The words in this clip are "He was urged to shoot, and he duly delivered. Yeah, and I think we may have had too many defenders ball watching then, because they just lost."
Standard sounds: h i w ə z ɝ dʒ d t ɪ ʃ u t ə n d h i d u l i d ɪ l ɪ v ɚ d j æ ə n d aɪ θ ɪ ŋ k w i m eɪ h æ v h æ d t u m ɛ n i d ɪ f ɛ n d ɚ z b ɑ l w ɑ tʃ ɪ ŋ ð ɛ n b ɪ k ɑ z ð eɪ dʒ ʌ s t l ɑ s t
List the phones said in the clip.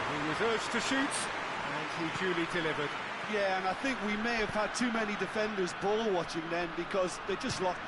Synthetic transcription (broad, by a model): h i w ə z ɝ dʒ t ɪ ʃ u t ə n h i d u l i d ɪ l ɪ v ɚ d j æ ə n aɪ θ ɪ ŋ k w i m eɪ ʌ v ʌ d t u m ɛ n i d ɪ f ɛ n d ɚ z b ɑ l w ɑ tʃ ɪ ŋ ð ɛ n b ɪ k ɑ z ð eɪ dʒ ʌ s t l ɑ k